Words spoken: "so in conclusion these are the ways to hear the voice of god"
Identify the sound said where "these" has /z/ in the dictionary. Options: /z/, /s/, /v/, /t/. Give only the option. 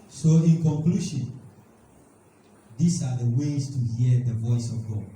/s/